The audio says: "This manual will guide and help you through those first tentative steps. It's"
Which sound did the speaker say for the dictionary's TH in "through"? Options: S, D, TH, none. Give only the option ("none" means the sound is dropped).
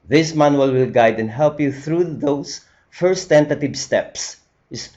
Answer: TH